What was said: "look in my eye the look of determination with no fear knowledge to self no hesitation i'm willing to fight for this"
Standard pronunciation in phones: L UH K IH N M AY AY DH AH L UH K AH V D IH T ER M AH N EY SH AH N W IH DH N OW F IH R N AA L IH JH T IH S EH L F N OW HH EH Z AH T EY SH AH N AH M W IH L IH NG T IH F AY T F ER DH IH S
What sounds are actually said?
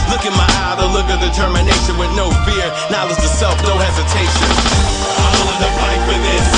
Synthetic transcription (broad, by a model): L UH K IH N M AY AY DH AH L UH K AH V D IH T ER M AH N EY SH AH N W IH DH N OW F IH R N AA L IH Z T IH S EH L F N OW HH EH Z AH T EY SH AH N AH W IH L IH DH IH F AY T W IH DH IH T